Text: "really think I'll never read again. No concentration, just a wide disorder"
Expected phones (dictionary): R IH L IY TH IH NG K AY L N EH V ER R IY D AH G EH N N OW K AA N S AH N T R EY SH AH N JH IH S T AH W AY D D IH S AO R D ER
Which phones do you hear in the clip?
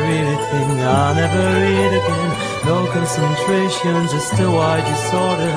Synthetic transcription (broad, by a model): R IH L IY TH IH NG AY N EH V ER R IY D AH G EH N N OW K AA N S AH N T R EY SH AH N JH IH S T AH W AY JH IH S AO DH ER